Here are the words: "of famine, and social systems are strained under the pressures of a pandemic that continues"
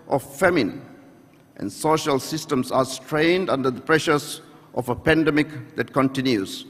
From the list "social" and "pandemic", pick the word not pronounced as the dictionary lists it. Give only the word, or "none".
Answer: none